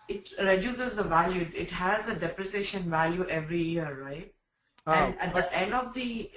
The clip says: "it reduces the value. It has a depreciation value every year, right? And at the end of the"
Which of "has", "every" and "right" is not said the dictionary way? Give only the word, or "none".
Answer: none